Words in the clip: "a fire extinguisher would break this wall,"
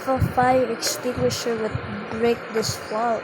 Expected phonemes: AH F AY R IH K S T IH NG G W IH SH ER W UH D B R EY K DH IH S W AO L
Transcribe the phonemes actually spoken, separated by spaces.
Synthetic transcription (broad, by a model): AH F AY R IH K S T IH NG G W IH SH ER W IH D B R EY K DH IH S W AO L